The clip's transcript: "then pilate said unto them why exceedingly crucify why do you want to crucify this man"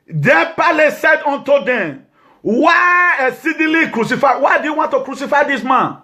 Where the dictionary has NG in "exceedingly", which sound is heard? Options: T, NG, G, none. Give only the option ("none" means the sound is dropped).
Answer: none